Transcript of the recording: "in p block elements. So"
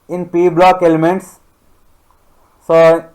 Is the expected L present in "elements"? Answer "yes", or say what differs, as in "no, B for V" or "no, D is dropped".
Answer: yes